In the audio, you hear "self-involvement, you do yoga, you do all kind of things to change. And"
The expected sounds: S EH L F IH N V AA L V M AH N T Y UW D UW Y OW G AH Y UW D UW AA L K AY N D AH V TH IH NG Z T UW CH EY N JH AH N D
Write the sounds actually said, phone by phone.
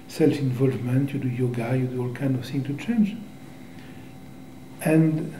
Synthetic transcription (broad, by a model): S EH L F IH N V AA L V M AH N T Y UW D UW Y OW G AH Y UW D UW AA L K AY N D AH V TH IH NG T UW CH EY N JH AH N D